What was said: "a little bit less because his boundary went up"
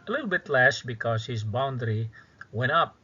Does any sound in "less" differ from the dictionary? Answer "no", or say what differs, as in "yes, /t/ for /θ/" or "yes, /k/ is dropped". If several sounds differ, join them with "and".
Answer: yes, /ʃ/ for /s/